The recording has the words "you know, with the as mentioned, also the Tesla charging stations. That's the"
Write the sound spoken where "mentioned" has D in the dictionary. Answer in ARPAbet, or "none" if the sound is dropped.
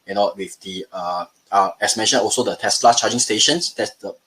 none